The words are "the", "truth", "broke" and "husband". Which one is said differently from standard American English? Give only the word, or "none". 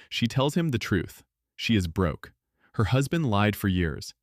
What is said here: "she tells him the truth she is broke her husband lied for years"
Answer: none